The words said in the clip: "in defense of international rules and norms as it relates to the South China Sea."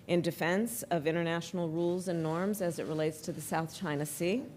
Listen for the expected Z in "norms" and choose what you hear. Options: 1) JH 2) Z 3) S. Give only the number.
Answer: 2